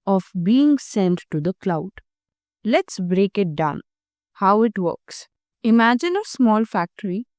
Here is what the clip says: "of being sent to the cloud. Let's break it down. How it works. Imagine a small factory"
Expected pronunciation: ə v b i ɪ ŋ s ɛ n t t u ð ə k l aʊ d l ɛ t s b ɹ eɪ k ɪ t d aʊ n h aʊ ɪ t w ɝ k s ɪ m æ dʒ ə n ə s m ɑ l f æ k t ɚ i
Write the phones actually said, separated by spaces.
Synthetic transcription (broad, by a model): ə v b i ɪ ŋ s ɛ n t t u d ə k l aʊ d l ɛ t s b ɹ eɪ k ɪ t d aʊ n h aʊ ɪ t w ɝ k s ɪ m æ dʒ ə n ə s m ɑ l f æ k t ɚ i